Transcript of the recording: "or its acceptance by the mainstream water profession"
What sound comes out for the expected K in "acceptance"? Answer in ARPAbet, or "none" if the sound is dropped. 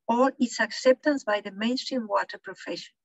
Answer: K